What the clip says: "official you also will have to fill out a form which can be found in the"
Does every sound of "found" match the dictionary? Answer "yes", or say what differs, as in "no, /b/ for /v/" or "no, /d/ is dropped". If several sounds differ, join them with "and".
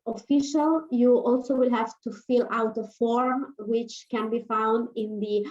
yes